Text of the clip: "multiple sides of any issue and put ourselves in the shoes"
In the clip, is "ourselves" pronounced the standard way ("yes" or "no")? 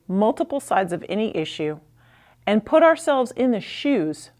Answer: yes